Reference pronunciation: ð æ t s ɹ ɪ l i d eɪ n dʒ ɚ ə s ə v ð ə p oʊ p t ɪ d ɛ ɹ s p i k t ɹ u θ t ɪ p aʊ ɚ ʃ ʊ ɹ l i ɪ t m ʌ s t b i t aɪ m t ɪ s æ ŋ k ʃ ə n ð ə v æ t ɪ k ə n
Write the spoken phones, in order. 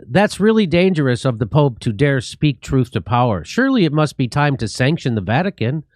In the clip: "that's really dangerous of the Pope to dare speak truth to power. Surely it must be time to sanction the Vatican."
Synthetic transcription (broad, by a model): ð æ t s ɹ ɪ l i d eɪ n dʒ ɚ ə s ə v ð ə p oʊ p t ɪ d ɛ ɹ s p i k t ɹ u θ t ɪ p aʊ ɚ ʃ ʊ ɹ l i ɪ t m ʌ s t b i t aɪ m t ɪ s æ ŋ k ʃ ə n ð ə v æ t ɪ k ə n